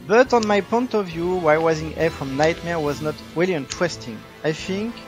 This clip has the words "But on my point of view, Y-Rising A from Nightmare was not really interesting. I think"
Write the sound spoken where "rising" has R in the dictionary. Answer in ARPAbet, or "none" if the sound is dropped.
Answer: W